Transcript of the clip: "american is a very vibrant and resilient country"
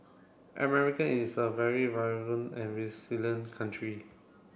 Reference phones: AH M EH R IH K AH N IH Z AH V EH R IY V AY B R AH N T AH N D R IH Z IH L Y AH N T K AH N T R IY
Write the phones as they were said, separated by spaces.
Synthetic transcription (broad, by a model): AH M EH R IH K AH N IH S AH V EH R IY V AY R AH N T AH N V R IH S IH L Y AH N K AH N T R IY